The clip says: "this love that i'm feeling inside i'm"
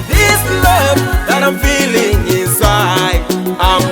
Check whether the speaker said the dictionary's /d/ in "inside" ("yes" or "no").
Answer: no